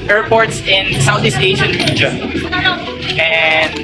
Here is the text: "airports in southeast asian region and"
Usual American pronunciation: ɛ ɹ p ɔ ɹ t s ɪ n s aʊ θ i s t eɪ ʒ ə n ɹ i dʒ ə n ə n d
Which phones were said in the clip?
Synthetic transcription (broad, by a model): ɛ ɹ p ɔ ɹ t s ɪ n s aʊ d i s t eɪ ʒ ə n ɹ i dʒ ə ə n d